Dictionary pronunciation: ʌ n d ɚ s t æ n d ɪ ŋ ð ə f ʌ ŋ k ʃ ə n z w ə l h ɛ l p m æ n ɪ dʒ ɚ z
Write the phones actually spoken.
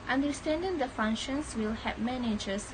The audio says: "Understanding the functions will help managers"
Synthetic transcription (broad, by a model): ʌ n d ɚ s t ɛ n d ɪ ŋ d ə f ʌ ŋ k ʃ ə n s w ə l h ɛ p m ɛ n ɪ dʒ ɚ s